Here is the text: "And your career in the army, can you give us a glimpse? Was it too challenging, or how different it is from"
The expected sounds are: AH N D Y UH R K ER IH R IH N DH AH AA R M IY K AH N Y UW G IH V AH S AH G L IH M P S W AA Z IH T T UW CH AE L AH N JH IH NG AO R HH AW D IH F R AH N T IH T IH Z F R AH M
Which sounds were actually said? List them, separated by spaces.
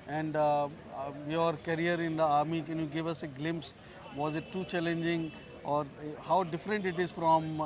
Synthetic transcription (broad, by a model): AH N D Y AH R K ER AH R IH N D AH AA R M IY K AH N Y UW G IH V AH S AH G L IH M P S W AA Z IH T T UW CH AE L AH N JH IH NG AO R HH AW D IH F R AH N T IH T IH Z F R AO M